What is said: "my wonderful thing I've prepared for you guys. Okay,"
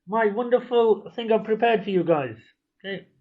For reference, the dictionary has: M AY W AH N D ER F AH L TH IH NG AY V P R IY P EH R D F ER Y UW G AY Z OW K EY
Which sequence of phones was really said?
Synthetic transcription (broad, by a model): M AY W AH N D ER F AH L TH IH NG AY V P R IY P EH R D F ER Y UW G AY Z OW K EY